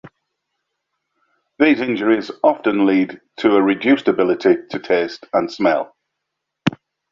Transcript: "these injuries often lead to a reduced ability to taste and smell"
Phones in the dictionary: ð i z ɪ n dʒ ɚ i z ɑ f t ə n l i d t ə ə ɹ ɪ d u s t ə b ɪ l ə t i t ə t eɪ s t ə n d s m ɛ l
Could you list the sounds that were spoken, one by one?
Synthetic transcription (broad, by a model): ð i z ɪ n dʒ ɚ i z ɑ f t ə n l i d t ə ə ɹ ɪ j u s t ə b ɪ l ə t i t ə t eɪ s t ə n s m ɛ l